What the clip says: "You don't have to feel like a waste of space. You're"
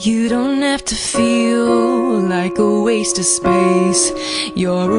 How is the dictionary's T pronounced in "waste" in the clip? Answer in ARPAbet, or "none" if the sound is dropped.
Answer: T